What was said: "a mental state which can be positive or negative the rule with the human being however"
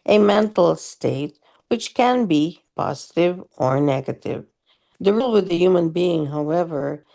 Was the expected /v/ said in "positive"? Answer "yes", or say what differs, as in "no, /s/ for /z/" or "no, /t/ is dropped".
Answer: yes